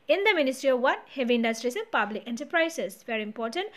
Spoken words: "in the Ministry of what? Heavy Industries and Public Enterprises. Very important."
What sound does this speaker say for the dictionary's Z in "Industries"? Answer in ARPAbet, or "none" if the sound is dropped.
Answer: S